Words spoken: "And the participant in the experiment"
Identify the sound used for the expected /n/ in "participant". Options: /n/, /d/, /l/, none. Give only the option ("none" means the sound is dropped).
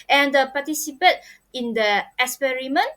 none